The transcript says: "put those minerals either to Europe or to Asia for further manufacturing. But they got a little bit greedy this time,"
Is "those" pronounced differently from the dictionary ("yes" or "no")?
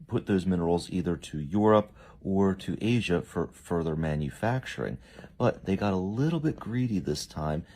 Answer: no